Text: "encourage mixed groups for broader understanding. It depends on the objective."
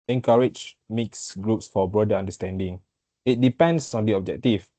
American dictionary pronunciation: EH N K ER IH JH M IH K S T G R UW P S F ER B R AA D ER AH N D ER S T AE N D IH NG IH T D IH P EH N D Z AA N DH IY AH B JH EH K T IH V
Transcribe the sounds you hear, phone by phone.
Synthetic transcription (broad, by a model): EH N K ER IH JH M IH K S G R UW P S F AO B R AA D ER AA N D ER S T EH N D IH NG IH T D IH P EH N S AA N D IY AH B JH EH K T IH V